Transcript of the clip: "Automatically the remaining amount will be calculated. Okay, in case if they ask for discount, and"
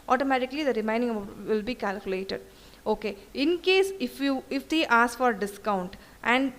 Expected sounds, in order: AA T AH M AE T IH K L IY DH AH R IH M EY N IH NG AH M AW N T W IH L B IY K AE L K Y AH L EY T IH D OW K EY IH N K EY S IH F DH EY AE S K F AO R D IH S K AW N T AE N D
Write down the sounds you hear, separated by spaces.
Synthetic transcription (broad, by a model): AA T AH M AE T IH K L IY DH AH R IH M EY IH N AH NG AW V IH L B IY K AE L K Y AH L EY T IH D OW K EY IH N K EY S IH F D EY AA S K F AO R D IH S K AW N T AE N D